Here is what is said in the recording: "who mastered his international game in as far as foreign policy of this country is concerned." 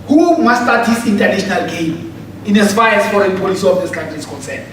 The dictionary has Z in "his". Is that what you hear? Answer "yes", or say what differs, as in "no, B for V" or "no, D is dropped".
no, S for Z